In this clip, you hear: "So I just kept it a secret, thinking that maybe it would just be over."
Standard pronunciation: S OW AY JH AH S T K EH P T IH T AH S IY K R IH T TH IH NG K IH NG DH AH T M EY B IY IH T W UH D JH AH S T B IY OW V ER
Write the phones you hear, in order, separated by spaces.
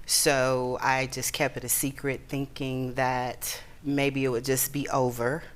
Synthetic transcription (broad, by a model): S OW AY JH AH S K EH P T IH T AH S IY K R IH T TH IH NG K IH NG DH AH T M EY B IY IH T W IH D JH AH S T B IY OW V ER